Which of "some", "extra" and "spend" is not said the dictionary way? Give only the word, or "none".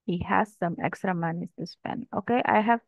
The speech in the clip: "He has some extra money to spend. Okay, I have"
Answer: spend